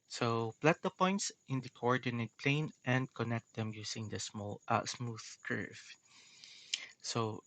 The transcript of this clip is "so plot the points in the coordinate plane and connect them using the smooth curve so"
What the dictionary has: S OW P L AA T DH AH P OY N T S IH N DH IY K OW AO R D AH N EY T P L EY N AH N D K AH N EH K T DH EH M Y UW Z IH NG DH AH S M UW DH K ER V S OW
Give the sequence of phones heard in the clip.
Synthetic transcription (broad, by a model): S OW P L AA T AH P OY N T S IH N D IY K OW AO R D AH N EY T P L EY N AH N D K AH N EH K T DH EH M Y UW S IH NG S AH S M UW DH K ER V S OW